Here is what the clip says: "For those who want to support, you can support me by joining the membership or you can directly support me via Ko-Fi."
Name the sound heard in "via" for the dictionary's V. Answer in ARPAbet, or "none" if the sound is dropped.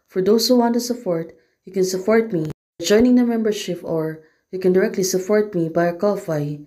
B